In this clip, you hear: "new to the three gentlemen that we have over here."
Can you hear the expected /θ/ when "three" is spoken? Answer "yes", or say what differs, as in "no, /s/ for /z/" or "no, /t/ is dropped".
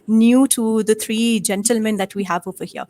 no, /t/ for /θ/